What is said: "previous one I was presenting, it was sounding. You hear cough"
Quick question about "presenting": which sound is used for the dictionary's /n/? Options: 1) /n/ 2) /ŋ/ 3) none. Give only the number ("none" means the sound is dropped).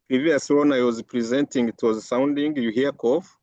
1